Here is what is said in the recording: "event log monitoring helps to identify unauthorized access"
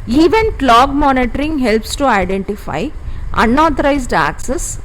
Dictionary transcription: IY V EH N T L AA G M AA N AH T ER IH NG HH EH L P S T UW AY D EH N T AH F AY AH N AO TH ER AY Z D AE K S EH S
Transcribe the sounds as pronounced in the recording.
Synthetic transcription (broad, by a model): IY V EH N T L AA G M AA N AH T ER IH NG HH EH L P S T UW AY D EH N T AH F AY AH N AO T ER AY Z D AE K S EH S